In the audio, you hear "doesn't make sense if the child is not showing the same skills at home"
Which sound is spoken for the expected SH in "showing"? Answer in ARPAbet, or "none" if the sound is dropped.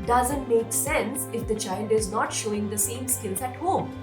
SH